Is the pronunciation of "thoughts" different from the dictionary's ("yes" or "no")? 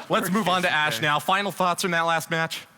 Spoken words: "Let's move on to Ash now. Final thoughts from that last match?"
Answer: no